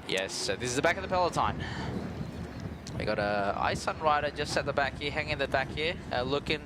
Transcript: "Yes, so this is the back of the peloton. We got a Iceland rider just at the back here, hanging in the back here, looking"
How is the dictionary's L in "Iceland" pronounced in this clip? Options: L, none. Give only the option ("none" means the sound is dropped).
none